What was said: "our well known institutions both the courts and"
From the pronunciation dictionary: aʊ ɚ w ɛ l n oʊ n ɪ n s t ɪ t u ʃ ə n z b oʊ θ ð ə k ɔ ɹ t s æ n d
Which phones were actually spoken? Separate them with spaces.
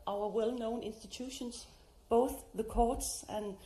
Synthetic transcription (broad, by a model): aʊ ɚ w ɛ l n oʊ n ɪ n s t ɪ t u ʃ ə n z b oʊ θ ð ə k ɔ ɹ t s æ n